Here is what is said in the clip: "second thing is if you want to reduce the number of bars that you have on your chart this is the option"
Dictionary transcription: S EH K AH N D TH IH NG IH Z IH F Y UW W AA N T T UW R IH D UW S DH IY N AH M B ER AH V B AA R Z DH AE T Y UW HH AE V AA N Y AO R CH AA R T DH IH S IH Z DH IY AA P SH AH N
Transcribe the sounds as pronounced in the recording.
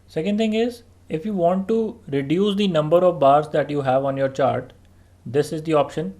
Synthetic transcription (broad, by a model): S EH K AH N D T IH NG IH Z IH F Y UW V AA N T T UW R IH D UW S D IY N AH M B ER AH V B AA R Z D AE T Y UW HH AE V AA N Y AO R CH AA R T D IH S IH Z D IY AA P SH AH N